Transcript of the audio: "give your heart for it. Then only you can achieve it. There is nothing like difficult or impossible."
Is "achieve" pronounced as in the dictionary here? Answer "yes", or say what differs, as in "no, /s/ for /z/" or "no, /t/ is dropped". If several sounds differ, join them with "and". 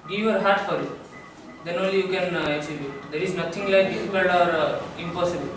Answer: no, /s/ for /tʃ/